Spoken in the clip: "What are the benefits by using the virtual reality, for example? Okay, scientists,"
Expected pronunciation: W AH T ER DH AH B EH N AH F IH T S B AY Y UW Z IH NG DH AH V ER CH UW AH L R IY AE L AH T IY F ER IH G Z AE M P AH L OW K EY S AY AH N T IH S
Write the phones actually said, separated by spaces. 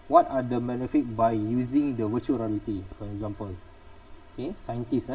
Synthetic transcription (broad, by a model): W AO T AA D AH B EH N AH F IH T B AY Y UW Z IH NG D AH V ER CH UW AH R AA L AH T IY F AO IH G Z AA M P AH L OW K EY S AY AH N T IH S